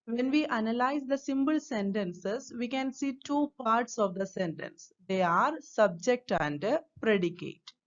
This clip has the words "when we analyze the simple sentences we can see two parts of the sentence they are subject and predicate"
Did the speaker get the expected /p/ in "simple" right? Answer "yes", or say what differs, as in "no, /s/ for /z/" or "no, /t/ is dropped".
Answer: no, /b/ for /p/